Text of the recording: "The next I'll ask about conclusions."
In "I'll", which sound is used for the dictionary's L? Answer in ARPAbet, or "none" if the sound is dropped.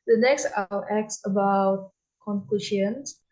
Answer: W